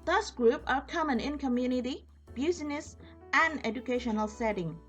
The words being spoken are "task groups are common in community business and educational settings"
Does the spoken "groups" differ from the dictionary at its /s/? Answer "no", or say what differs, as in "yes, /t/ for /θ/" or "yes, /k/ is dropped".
yes, /s/ is dropped